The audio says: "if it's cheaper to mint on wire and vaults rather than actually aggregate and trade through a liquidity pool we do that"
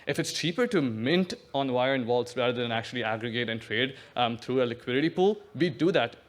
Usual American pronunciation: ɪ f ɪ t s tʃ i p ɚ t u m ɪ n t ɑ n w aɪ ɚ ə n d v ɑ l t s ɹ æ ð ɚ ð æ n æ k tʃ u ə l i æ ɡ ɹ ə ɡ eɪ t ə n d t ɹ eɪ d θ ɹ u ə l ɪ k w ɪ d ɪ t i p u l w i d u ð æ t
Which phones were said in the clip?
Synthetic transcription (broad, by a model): ɪ f ɪ t s tʃ i p ɚ t u m ɪ n t ɑ n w aɪ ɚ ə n v ɑ l t s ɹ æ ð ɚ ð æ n æ k tʃ u ə l i æ ɡ ɹ ə ɡ eɪ t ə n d t ɹ eɪ d t ɹ u ə l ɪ k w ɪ d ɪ t i p u l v i d u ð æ t